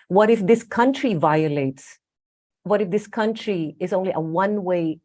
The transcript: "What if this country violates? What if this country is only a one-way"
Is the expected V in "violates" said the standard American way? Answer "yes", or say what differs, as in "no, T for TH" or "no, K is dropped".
yes